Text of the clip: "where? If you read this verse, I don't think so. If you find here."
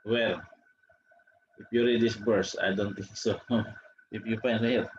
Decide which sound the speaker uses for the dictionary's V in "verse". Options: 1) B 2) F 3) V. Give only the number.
1